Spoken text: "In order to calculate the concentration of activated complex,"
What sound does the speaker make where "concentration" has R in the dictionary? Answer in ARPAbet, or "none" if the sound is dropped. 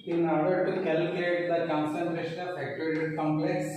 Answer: R